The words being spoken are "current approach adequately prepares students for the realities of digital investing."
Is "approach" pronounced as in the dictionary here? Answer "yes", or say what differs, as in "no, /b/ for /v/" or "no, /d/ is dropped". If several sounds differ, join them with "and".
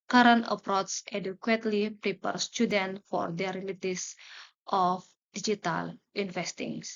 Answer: no, /s/ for /tʃ/